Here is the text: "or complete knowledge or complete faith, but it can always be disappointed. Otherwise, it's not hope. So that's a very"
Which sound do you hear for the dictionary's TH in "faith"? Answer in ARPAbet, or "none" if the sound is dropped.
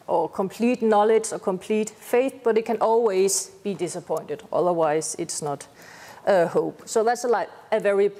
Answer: TH